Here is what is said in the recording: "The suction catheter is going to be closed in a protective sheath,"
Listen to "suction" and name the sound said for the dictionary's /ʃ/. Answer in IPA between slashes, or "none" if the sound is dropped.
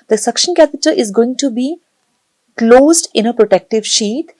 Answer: /ʃ/